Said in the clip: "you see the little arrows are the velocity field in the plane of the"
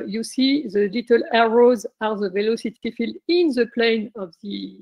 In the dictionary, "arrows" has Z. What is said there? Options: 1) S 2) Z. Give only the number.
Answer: 2